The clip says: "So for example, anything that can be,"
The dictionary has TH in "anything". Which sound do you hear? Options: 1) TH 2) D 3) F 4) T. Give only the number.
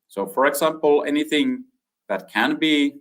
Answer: 1